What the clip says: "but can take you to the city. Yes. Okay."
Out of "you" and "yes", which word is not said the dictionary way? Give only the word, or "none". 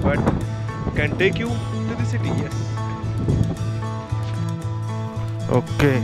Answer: yes